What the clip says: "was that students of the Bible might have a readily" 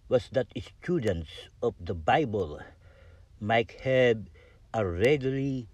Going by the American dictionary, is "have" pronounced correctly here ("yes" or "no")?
no